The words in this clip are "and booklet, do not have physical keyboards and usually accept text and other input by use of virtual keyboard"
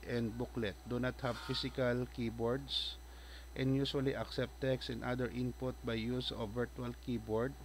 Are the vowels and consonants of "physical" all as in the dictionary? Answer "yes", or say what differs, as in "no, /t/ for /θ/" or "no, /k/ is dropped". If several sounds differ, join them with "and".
no, /s/ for /z/